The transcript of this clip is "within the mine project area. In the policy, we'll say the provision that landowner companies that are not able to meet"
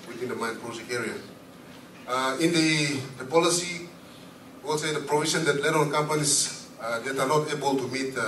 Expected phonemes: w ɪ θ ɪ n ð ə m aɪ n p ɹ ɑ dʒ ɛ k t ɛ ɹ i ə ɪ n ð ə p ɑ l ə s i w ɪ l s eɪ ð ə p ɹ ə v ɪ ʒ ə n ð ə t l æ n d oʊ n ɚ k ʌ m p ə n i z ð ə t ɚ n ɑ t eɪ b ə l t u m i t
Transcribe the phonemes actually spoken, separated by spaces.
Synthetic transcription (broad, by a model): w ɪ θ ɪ n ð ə m aɪ n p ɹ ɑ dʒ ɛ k ɛ ɹ i ə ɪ n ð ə p ɑ l ə s i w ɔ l s eɪ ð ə p ɹ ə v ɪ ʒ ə n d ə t l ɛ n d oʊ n k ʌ m p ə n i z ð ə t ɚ n ɑ t eɪ b ə l t u m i t